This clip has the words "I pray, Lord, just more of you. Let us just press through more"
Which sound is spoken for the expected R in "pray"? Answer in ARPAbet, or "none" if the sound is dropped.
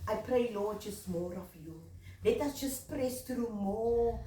R